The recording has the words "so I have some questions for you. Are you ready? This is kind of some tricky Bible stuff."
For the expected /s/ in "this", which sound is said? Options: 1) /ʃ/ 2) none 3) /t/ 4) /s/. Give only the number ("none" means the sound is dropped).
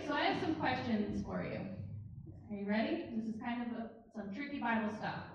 4